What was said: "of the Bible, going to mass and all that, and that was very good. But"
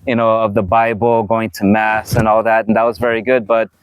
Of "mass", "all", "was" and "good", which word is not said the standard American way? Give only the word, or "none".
none